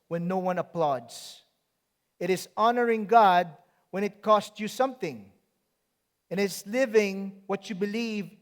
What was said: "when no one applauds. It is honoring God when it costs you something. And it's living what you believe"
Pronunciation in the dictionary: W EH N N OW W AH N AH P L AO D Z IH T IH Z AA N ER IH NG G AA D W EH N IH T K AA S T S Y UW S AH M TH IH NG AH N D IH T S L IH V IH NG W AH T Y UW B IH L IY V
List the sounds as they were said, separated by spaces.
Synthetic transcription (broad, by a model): W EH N N OW W AH N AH P L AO D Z IH T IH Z AA N ER IH NG G AA D W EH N IH T K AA S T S Y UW S AH M TH IH NG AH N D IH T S L IH V IH NG W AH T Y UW B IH L IY V